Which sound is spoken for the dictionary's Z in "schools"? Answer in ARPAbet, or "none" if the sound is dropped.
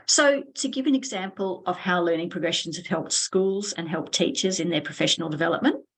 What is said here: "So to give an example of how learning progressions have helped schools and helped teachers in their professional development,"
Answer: Z